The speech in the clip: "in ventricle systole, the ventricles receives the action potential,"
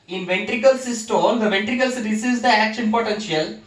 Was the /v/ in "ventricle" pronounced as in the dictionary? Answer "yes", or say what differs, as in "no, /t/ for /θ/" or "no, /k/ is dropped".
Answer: yes